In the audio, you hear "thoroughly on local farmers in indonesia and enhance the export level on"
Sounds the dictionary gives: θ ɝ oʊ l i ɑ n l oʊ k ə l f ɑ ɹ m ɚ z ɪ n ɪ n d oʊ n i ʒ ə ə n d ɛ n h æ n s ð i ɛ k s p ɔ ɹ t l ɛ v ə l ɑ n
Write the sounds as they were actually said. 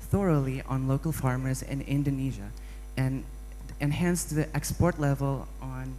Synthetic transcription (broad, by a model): θ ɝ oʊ l i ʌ n l oʊ k l f ɑ ɹ m ɚ z ɪ n ɪ n d oʊ n i ʒ ə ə n ɛ n h æ n s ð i ɛ k s p ɔ ɹ t l ɛ v ə l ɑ n